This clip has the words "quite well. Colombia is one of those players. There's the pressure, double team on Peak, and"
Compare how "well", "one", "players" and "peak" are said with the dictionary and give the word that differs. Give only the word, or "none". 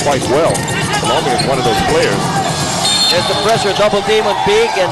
peak